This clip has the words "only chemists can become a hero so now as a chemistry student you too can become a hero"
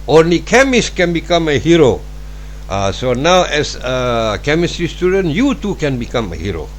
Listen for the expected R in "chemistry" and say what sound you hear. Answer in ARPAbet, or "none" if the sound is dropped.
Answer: R